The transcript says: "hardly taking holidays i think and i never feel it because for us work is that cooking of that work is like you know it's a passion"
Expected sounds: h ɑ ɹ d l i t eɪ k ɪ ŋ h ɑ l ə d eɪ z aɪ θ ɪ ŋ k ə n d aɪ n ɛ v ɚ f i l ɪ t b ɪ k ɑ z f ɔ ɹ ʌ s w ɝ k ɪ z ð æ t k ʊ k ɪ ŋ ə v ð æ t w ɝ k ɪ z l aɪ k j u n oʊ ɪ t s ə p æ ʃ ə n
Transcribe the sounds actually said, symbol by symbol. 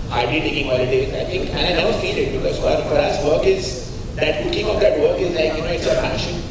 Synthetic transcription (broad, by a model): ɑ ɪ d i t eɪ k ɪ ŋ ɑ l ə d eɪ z aɪ t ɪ ŋ k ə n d aɪ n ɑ ʊ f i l ɪ t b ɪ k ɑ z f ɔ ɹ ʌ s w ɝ k ɪ z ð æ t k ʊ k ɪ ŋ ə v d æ t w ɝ k ɪ z l aɪ k j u n oʊ ɪ t s ə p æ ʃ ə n